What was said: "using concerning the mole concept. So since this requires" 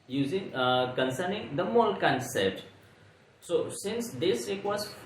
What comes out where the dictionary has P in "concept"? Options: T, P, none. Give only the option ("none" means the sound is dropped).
none